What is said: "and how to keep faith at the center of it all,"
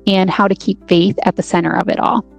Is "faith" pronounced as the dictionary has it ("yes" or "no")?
yes